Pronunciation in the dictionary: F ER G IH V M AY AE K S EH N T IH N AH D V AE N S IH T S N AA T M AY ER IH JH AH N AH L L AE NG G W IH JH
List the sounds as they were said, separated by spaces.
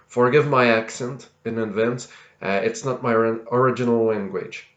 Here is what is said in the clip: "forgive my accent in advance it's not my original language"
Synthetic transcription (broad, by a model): F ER G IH V M AY AE K S EH N T IH N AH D V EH N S IH T S N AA T M AY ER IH JH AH N L L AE NG G W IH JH